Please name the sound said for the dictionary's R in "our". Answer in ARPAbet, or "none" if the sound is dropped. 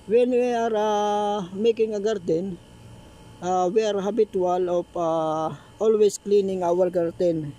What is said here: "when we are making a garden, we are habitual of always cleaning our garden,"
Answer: L